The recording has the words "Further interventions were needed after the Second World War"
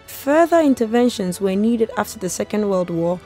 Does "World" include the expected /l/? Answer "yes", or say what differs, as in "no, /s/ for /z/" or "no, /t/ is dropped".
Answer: yes